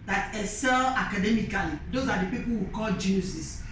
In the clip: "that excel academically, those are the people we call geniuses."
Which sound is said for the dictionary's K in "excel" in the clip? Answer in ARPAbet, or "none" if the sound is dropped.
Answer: none